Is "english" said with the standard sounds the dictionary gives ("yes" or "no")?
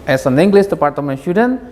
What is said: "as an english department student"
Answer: no